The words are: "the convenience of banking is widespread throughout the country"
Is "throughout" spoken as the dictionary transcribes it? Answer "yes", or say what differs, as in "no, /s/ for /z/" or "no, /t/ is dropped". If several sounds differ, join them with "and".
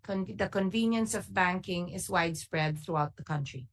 yes